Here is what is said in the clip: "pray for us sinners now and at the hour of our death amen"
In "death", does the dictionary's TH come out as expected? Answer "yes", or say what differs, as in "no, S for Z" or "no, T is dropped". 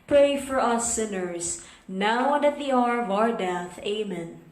yes